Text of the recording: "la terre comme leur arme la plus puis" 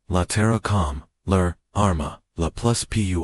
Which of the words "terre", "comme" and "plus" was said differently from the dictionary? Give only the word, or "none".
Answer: none